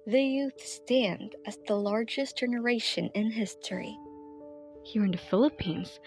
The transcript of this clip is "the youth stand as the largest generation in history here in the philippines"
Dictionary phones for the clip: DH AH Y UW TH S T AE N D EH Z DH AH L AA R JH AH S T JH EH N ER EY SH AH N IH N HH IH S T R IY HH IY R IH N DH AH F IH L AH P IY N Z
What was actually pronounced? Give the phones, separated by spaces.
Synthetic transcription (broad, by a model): DH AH Y UW TH S T AE N D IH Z DH AH L AA R JH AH S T JH EH N ER EY SH AH N IH N HH IH S T R IY HH IY R IH N DH AH F IH L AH P IY N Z